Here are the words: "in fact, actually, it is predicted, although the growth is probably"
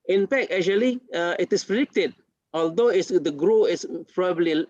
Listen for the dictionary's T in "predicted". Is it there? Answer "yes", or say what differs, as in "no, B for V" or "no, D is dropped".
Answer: yes